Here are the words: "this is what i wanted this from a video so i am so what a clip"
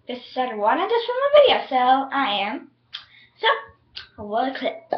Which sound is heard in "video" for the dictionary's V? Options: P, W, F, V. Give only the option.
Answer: V